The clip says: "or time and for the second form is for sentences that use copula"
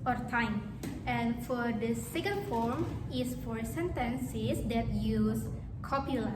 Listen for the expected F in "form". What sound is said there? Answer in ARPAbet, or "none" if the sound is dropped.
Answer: F